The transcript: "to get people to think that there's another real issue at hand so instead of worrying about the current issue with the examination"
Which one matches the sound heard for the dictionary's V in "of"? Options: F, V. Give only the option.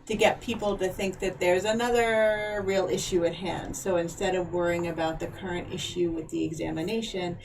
V